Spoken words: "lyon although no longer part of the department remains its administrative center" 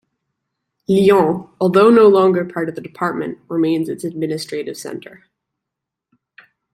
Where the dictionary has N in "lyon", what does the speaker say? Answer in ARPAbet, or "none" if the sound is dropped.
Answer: none